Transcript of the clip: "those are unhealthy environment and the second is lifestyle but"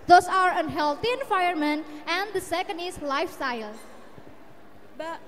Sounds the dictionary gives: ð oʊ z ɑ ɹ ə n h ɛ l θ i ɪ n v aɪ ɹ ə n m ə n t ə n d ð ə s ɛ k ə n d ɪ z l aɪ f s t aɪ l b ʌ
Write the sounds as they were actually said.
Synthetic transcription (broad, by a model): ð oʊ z ɑ ɹ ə n h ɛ l t i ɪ n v aɪ ə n m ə n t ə n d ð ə s ɛ k ə n d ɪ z l aɪ f s t aɪ l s